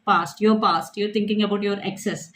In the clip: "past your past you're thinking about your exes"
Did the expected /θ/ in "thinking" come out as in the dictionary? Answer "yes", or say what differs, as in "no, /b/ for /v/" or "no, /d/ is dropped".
no, /t/ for /θ/